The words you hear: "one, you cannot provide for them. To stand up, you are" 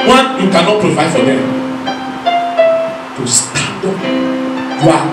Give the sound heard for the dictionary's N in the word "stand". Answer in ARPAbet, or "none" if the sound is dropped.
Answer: none